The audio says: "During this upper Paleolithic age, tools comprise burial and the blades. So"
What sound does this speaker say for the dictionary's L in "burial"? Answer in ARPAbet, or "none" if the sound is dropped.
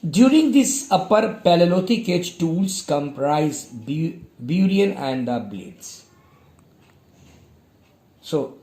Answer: N